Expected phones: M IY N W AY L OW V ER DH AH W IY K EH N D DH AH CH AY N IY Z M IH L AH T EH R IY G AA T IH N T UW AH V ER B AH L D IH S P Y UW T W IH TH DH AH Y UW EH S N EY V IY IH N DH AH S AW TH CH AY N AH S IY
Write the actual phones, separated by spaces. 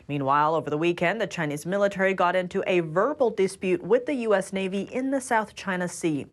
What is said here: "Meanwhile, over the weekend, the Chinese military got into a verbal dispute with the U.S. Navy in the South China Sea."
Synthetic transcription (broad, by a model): M IY N W AY L OW V ER DH AH W IY K EH N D DH AH CH AY N IY Z M IH L AH T EH R IY G AA T IH N T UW AH V ER B L D IH S P Y UW T W IH DH AH Y UW EH S N EY V IY IH N DH AH S AW TH CH AY N AH S IY